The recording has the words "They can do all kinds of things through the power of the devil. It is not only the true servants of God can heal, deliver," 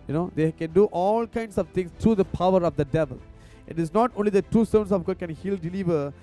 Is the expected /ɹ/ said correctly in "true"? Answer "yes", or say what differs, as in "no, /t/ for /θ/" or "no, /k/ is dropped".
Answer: no, /ɹ/ is dropped